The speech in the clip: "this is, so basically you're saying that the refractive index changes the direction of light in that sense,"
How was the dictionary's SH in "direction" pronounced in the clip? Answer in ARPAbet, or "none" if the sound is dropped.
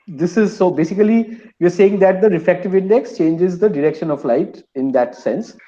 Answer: SH